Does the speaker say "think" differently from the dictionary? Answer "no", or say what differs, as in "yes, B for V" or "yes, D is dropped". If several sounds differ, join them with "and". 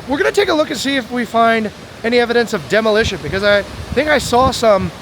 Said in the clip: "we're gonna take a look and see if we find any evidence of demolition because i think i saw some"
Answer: no